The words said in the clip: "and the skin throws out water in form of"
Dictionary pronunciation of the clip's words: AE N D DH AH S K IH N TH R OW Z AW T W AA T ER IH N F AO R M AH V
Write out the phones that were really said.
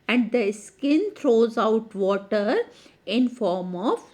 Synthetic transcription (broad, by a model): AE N D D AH S K IH N T R OW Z AW T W AA T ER IH N F AO R M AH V